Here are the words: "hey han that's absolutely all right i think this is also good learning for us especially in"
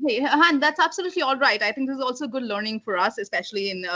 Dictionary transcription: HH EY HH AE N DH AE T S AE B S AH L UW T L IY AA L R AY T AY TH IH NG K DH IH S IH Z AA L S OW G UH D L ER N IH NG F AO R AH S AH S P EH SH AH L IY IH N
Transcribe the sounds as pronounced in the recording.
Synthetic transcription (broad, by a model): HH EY HH AE N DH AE T S AE B S AH L UW T L IY AA L R AY T AY T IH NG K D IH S IH Z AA L S OW G UH D L ER N IH NG F AO R AH S AH S P EH SH AH L IY IH N